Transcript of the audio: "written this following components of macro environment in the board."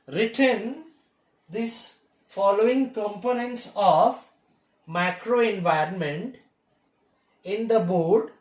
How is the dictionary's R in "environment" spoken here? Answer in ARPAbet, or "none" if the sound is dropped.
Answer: R